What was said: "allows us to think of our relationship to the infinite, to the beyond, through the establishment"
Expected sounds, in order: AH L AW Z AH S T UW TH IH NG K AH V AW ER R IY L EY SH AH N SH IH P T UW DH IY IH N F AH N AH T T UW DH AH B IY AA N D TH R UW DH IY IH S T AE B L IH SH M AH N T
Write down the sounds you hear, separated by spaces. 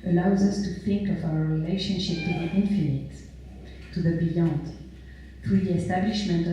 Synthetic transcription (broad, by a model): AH L AW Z AH S T UW TH IH NG K AH V AW ER R IY L EY SH AH N SH IH P T UW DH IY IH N F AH N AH T T UW DH AH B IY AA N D TH R UW DH IY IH S T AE B L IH SH M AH N T